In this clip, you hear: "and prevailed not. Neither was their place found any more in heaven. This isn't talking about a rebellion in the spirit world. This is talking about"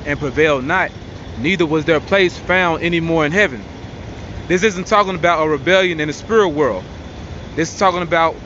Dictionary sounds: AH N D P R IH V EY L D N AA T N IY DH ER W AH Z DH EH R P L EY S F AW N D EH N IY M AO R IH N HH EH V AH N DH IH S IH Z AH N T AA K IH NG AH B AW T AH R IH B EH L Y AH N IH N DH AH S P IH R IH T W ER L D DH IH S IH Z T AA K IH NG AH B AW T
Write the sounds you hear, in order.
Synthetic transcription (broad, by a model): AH N P R IH V EY L D N AA T N IY DH ER W AH Z DH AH R P L EY S F AW N D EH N IY M AO R IH N HH EH V AH N DH IH S IH Z AH N T AA K IH NG AH B AW T AH R IH B EH L Y AH N IH N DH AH S P IH R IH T W ER L D DH IH S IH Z T AA K IH NG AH B AW T